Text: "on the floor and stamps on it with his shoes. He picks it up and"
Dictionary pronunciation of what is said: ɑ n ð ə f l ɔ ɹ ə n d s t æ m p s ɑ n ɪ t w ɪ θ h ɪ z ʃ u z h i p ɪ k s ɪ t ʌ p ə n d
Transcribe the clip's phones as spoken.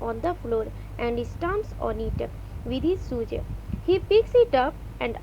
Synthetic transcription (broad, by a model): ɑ n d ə f l ɔ ɹ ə n d s t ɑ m s ɑ n ɪ t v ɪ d h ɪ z s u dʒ h i p ɪ k s ɪ t ʌ p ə n d